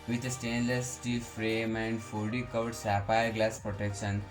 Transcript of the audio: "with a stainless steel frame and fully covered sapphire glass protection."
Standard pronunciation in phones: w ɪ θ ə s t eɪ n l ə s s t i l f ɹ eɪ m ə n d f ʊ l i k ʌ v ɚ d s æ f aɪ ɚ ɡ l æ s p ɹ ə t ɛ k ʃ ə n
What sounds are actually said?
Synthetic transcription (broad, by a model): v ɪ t ə s t eɪ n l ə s s t i l f ɹ eɪ m ə n d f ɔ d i k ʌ ʊ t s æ p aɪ ɡ l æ s p ɹ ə t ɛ k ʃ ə n